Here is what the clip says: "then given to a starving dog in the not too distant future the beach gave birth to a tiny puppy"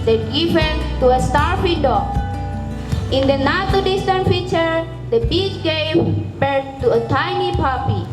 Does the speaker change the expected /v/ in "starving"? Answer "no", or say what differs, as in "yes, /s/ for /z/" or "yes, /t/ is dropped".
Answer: yes, /f/ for /v/